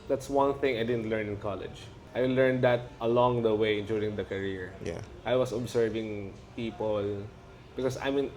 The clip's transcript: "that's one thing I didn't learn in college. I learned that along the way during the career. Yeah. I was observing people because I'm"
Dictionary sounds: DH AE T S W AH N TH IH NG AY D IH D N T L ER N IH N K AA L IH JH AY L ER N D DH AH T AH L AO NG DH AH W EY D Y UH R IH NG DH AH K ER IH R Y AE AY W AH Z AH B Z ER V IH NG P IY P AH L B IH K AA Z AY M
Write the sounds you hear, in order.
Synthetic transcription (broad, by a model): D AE T S W AH N TH IH NG AY D IH D N T L ER N IH N K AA L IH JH AY L ER N D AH T AH L AO NG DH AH W EY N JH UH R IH NG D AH K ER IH R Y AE AY W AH S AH B S ER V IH NG P IY P AH L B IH K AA S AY M